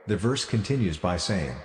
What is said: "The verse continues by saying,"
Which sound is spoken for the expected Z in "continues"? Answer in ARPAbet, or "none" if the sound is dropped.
Z